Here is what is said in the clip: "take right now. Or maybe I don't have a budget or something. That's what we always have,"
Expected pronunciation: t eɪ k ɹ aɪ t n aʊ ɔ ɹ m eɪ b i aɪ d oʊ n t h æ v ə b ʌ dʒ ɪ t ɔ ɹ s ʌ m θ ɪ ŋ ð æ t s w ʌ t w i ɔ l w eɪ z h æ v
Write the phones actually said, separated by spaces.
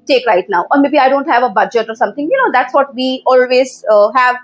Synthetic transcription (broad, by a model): t eɪ k ɹ aɪ t n aʊ ɔ ɹ m eɪ b i aɪ d oʊ n t h æ v ə b ʌ dʒ ɪ t ɔ ɹ s ʌ m t ɪ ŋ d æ t s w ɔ t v i ɔ l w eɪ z h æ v